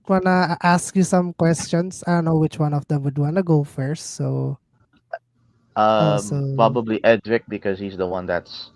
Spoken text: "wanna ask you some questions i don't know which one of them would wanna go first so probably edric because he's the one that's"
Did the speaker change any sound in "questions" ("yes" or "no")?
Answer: yes